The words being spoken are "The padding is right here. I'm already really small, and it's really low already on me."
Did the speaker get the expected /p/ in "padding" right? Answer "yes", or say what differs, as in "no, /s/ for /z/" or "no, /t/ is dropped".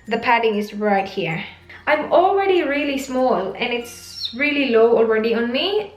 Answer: yes